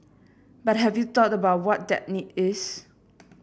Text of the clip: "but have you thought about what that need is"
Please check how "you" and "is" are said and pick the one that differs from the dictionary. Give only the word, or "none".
is